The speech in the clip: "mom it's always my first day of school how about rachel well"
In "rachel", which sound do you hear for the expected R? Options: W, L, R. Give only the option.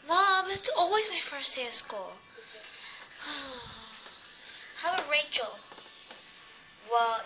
R